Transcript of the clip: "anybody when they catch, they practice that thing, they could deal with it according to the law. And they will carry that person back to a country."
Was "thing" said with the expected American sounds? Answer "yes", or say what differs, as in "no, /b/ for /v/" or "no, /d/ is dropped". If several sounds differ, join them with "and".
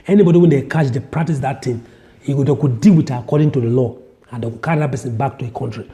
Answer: no, /t/ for /θ/